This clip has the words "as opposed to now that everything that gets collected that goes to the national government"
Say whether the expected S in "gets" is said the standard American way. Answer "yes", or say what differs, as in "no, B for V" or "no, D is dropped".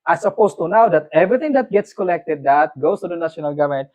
yes